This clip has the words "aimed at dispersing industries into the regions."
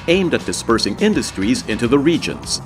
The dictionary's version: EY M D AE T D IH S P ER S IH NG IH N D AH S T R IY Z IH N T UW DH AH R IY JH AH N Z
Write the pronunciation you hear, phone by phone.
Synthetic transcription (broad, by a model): EY M D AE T D IH S P ER S IH NG IH N D AH S T R IY Z IH N T UW DH AH R IY JH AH N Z